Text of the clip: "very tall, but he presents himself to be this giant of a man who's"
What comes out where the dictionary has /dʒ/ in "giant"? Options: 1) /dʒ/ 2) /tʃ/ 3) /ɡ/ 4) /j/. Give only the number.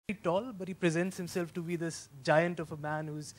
1